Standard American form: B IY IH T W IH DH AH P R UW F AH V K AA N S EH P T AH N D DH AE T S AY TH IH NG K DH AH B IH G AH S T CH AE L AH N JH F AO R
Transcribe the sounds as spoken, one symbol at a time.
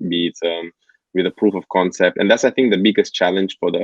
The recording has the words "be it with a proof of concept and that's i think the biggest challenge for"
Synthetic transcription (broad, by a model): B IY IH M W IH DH AH P R UW F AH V K AA N S EH P T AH N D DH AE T S AY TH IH NG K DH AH B IH G AH S T CH AE L AH N JH F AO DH